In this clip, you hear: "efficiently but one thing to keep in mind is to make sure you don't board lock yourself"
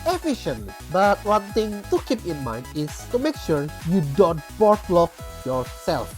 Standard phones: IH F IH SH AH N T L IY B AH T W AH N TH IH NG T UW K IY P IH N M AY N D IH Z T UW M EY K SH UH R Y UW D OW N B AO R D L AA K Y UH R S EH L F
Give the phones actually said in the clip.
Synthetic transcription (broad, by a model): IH F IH SH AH N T L IY B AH T W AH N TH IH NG T UW K IY P IH N M AY N D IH S T UW M EY K SH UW R Y UW D OW N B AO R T L AA K Y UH R S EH L F